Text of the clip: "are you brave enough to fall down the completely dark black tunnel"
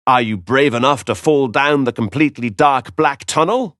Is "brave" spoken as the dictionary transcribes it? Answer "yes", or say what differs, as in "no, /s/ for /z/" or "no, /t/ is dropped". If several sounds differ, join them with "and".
yes